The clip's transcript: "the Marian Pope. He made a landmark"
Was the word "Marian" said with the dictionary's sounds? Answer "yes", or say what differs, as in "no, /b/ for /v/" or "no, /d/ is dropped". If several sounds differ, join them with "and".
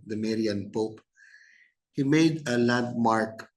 yes